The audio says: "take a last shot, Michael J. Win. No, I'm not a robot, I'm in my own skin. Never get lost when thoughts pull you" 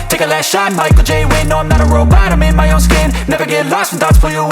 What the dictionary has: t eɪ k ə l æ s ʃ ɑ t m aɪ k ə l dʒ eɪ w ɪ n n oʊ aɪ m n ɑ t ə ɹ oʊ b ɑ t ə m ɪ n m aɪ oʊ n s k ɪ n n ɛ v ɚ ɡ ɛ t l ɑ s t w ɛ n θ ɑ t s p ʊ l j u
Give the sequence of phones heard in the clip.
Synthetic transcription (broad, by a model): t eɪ k ə l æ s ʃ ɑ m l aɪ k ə dʒ eɪ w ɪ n n oʊ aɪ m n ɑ t ə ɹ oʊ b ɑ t ə m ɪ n m aɪ oʊ n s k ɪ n n ɛ v ɚ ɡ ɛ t l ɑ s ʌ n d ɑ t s f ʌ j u